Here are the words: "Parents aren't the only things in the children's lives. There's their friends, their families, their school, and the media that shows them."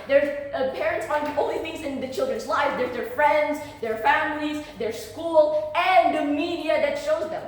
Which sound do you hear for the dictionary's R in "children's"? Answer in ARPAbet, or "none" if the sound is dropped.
R